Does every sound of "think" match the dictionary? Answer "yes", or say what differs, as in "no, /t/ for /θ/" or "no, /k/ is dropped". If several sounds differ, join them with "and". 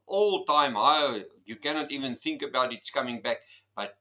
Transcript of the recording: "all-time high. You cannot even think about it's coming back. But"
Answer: yes